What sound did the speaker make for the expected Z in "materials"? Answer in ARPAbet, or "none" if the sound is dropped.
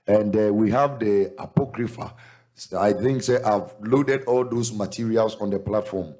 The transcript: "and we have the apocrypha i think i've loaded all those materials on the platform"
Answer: S